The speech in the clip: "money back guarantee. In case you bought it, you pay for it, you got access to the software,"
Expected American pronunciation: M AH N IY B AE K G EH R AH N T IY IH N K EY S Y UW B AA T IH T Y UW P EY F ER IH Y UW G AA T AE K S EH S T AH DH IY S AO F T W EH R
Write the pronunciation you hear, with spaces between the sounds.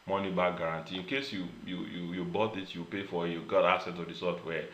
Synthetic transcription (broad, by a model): M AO N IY B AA G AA R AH N T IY IH N K EY S Y UW B AA T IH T Y UW P EY F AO IH Y UW G AA T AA S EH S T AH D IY S AO F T W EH